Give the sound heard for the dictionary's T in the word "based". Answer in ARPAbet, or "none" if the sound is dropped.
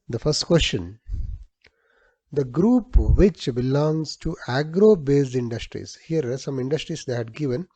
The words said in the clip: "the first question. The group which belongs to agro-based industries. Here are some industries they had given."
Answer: none